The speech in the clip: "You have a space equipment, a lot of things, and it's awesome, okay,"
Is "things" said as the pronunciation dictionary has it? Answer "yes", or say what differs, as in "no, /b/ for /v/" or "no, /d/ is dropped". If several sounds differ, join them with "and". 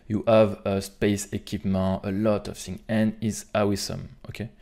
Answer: no, /z/ is dropped